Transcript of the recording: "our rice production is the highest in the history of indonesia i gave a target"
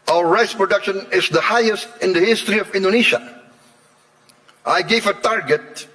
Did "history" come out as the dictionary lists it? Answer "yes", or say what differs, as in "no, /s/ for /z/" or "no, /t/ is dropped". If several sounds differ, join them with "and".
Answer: yes